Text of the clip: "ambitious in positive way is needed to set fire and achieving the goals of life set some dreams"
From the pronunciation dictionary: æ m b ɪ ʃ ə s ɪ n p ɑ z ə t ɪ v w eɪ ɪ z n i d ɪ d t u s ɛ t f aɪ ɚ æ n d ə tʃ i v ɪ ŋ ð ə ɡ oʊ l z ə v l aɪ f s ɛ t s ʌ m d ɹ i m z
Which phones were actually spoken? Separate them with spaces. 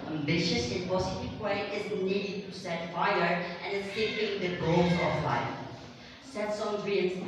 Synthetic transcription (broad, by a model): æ m b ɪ ʃ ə s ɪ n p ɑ s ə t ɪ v w eɪ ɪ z n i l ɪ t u s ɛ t f aɪ ɚ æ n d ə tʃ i p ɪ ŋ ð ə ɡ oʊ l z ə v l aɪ s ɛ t s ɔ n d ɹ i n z